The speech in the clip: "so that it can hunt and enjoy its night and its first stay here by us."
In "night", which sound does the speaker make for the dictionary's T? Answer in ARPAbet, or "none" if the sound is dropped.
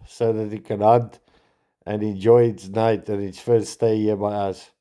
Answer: T